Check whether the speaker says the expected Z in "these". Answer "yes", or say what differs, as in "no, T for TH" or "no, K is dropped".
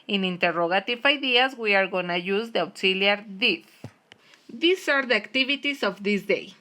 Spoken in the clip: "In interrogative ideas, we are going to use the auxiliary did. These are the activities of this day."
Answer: no, S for Z